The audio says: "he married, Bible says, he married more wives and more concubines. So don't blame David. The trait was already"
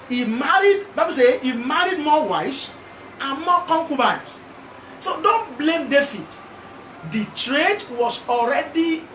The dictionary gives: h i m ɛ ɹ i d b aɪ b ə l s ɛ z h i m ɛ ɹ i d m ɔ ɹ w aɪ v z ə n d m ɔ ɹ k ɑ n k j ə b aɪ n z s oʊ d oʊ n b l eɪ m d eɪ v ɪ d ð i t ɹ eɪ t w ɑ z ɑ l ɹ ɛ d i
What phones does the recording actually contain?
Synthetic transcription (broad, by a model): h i m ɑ ɹ i d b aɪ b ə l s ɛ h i m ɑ ɹ i d m ɔ w aɪ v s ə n m ɔ k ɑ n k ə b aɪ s s oʊ d oʊ n b l eɪ m d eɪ f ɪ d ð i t ɹ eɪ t w ɑ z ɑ l ɹ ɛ d i